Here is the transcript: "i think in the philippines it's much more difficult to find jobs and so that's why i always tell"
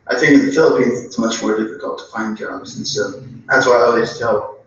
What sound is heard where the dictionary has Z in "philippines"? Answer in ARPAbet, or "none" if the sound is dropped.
Z